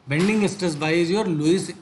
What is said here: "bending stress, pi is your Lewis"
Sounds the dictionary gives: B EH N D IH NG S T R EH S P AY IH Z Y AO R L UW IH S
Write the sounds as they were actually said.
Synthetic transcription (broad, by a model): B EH N D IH NG S T AH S B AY IH Z Y AO R L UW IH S